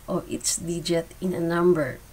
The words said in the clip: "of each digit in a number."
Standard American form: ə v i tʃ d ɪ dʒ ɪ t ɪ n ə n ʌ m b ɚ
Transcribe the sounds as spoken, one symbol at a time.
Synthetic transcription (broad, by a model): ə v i s d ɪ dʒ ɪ t ɪ n ə n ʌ m b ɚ